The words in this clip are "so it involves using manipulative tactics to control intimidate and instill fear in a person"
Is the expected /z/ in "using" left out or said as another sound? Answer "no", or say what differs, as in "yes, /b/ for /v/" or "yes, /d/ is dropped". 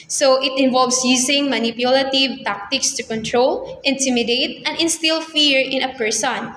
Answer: yes, /s/ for /z/